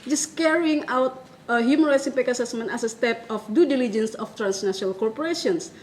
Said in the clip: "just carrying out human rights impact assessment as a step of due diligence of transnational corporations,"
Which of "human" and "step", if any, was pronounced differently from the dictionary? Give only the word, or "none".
none